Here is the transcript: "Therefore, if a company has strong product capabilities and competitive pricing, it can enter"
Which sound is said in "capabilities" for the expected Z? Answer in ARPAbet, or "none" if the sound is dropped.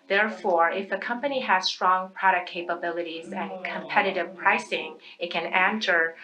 Z